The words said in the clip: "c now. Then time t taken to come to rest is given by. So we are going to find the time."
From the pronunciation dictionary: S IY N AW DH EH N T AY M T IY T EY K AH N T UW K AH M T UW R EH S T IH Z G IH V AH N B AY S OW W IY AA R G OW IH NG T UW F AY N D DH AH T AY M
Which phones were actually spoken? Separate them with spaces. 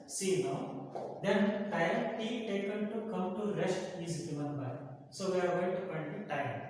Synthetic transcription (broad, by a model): S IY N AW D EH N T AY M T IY T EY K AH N T UW K AH M T UW R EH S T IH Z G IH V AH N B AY S OW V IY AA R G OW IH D T UW P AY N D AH T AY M